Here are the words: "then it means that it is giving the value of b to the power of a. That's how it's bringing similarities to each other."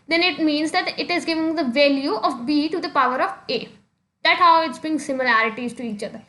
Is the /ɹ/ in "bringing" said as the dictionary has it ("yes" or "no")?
no